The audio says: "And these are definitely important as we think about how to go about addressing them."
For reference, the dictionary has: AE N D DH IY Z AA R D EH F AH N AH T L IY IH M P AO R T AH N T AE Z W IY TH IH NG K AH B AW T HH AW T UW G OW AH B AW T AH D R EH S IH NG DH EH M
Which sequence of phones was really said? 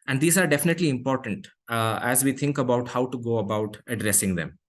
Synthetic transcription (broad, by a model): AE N D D IY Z AA R D EH F AH N AH T L IY IH M P AO R T AH N T AE Z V IY T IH NG K AH B AW T HH AW T UW G OW AH B AW T AH D R EH S IH NG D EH M